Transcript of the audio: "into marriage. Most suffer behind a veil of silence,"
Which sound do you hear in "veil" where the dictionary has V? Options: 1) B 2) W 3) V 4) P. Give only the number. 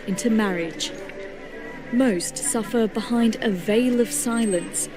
3